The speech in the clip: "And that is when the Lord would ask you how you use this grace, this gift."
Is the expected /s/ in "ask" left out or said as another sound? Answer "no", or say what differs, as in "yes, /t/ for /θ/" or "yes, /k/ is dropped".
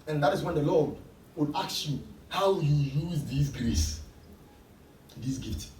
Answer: yes, /s/ is dropped